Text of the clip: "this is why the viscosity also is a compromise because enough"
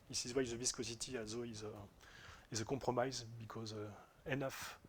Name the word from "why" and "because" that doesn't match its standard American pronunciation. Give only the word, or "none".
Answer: none